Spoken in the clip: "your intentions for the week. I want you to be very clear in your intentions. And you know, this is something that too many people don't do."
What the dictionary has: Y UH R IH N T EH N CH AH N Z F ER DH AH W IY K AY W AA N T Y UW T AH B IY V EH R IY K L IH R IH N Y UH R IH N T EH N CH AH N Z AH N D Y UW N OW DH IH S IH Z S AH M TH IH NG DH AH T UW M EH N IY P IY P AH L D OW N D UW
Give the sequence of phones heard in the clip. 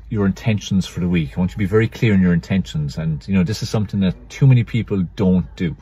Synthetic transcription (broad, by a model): Y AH R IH N T EH N SH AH N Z F ER DH AH W IY K AY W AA N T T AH B IY V EH R IY K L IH R IH N Y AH R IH N T EH N SH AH N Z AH N Y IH N OW DH IH S IH Z S AH M TH IH NG DH AH T UW M EH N IY P IY P AH L D OW N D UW